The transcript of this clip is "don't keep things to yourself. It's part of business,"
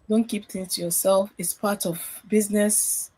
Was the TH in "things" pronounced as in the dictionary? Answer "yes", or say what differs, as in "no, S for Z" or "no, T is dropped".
no, T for TH